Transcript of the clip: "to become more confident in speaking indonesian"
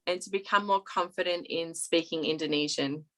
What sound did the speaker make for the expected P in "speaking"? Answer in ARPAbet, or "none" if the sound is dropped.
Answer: P